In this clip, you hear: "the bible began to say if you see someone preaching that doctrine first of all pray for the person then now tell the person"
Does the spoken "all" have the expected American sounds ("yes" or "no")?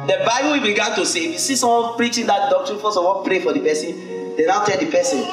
no